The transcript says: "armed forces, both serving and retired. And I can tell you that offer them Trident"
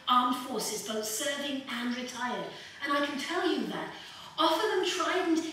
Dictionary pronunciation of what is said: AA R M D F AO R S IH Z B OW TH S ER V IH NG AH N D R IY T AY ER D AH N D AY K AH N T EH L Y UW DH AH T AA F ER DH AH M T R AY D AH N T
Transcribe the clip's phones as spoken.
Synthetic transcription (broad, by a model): AA R M F AO R S IH Z B OW TH S ER V IH NG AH N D R IY T AY ER D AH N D AY K AH N T EH L Y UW DH AH T AA F ER DH AH M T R AY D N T